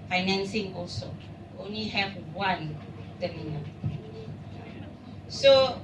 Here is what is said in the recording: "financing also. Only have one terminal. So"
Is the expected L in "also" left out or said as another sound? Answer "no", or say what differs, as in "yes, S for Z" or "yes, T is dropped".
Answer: no